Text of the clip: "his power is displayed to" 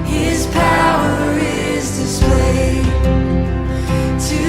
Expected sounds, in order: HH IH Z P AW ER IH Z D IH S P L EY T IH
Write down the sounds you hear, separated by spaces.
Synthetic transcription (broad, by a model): HH IH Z P AW ER IH Z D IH S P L EY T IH